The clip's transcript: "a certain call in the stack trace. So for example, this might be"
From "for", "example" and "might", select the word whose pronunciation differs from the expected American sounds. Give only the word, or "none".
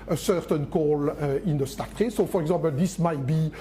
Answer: example